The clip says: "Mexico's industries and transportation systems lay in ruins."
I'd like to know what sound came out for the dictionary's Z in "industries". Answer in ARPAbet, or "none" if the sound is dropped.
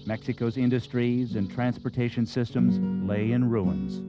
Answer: Z